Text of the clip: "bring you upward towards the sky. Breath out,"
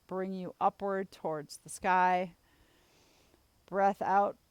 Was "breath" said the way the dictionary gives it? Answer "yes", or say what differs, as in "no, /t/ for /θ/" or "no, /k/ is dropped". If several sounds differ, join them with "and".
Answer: yes